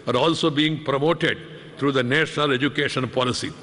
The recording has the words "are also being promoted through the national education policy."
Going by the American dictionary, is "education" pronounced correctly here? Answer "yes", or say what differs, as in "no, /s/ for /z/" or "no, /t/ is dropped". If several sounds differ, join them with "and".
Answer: yes